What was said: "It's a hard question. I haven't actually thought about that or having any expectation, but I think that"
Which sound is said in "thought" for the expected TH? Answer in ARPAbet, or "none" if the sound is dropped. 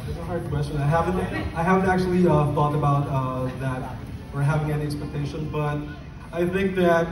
F